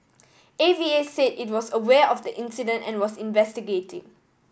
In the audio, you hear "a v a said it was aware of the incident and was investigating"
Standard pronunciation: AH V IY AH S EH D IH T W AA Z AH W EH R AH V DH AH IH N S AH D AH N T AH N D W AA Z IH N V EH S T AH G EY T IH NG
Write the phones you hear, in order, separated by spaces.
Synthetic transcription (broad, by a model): AH V IY AH S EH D IH T W AA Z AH W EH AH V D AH IH N S AH D AH N T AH N W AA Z IH N V EH S T AH G EY T IH NG